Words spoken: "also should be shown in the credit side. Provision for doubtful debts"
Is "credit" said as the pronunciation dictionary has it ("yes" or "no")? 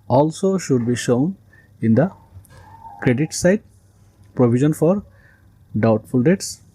yes